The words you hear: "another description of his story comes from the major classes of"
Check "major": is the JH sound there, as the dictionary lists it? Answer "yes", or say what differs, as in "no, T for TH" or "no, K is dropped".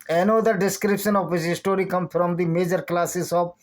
yes